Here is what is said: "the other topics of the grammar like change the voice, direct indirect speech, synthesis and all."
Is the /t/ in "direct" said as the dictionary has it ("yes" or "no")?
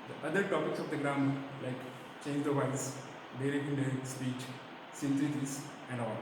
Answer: no